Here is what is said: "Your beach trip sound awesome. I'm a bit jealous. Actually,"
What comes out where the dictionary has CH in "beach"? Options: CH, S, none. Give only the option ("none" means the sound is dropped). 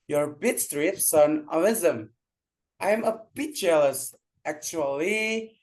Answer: S